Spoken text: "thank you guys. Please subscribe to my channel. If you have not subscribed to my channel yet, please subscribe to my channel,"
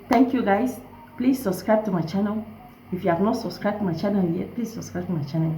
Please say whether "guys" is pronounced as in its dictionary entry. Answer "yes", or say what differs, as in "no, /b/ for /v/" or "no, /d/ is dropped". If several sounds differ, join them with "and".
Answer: no, /s/ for /z/